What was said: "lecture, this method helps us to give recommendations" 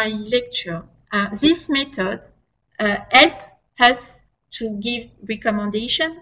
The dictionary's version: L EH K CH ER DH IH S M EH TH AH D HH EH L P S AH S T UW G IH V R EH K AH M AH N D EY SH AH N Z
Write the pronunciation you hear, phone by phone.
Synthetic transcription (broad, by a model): L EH K CH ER DH IH S M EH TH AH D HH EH L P AH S T UW G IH V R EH K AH M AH N D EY SH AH N